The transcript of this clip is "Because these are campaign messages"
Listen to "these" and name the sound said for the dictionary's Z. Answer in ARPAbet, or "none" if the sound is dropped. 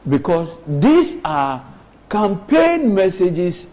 S